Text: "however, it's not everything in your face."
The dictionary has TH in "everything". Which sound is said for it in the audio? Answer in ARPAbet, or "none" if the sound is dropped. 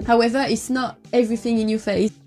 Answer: TH